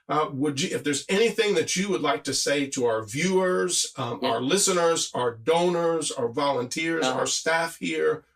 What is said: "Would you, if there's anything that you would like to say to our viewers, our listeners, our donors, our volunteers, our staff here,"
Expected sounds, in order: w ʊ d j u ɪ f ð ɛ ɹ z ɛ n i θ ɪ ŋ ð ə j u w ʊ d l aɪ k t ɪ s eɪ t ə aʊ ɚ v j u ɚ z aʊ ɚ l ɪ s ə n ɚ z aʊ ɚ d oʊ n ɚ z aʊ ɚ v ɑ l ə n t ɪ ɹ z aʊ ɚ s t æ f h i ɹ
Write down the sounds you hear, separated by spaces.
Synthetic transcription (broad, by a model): w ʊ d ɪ ɪ f ð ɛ ɹ z ɛ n i θ ɪ ŋ ð ə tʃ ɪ w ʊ d l aɪ k t ɪ s eɪ t ə aʊ ɚ v j u ɚ z aʊ ɚ l ɪ s ə n ɚ z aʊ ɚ d oʊ n ɚ z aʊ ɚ v ɑ l ə n t ɪ ɹ z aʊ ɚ s t æ f h i ɹ